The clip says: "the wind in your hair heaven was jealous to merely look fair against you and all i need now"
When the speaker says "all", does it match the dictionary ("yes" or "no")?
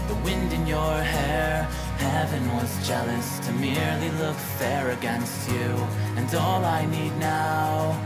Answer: yes